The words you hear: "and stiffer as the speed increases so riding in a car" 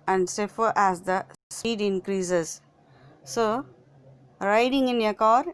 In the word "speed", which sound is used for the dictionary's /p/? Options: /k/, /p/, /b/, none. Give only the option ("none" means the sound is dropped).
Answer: none